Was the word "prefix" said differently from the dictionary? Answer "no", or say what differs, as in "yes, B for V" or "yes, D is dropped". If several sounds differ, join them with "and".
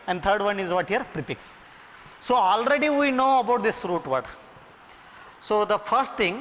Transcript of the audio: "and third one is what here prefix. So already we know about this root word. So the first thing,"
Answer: yes, P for F